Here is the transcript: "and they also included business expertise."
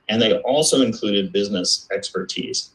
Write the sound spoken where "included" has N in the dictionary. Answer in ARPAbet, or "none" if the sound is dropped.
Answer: N